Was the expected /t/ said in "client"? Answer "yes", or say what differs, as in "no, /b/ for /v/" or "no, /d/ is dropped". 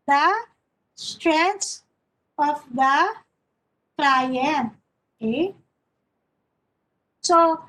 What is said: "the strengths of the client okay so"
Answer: no, /t/ is dropped